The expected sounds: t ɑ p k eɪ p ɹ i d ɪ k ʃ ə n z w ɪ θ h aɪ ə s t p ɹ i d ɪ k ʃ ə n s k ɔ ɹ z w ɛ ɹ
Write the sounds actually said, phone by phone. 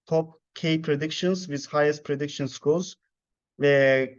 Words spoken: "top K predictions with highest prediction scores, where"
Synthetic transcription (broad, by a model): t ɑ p k eɪ p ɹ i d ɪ k ʃ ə n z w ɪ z h aɪ ə s t p ɹ i d ɪ k ʃ ə n s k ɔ l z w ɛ